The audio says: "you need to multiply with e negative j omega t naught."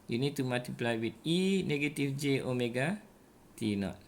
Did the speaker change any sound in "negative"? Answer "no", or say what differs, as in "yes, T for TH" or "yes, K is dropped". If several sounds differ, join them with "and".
yes, F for V